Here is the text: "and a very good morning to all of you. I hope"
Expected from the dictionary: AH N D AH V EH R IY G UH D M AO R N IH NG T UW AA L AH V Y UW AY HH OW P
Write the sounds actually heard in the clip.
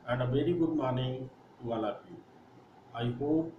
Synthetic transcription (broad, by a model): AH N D AH V EH R IY G UH D M AO R N IH NG T UW AA L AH P Y UW AY HH OW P